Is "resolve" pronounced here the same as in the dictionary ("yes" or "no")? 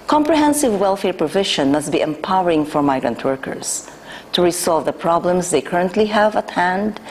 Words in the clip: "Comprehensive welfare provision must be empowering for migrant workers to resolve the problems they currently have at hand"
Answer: no